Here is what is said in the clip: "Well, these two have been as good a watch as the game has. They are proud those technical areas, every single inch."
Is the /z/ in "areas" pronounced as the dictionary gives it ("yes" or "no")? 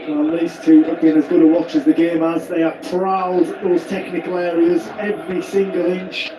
yes